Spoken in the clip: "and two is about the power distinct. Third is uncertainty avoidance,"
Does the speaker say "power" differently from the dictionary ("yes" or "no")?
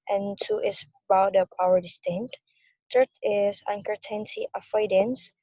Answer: no